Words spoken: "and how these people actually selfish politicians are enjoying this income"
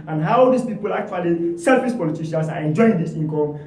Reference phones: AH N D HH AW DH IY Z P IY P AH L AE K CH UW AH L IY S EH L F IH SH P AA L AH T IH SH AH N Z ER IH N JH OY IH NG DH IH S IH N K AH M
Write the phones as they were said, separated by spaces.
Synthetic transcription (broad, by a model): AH N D HH AW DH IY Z P IY P AH L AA K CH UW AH L IY S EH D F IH S P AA L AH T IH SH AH N S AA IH N JH OY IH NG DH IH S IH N K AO M